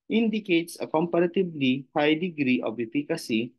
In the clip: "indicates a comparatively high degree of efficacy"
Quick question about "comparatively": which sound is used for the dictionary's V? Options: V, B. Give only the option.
B